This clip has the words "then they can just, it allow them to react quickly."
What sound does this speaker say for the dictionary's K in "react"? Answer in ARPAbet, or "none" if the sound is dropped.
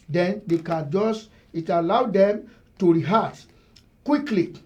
none